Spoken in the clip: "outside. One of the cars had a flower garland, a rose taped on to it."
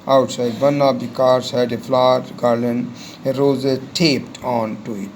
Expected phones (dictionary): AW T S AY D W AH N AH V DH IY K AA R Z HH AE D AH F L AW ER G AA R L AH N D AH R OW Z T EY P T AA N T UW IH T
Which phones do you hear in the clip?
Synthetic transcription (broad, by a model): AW T S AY D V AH N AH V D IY K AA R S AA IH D AH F L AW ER G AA R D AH N AH R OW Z T EY P T AA N T UW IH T